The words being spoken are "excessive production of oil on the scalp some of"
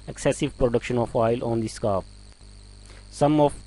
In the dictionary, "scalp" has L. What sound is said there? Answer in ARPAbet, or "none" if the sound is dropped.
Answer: none